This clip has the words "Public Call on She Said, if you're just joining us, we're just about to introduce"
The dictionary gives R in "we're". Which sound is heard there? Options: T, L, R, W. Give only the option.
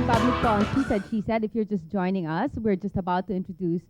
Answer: R